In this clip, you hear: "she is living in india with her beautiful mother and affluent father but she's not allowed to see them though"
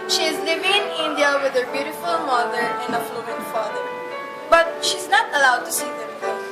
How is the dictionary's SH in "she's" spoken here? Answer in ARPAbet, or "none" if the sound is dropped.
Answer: SH